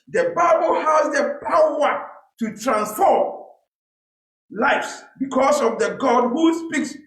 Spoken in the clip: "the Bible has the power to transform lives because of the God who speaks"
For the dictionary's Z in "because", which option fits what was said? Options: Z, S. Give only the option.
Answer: S